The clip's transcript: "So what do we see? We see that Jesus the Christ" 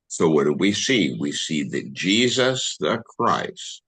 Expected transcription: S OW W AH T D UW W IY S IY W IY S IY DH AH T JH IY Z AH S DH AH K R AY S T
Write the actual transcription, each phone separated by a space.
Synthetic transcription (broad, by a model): S OW W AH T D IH W IY S IY W IY S IY DH AH T JH IY Z AH S DH AH K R AY S T